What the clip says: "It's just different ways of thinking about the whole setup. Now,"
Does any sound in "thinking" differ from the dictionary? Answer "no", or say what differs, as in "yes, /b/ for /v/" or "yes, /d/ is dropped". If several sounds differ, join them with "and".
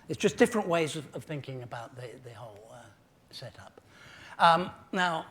no